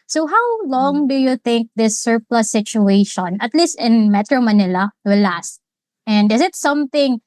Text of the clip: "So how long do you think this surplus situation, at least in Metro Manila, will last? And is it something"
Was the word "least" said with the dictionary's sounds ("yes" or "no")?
yes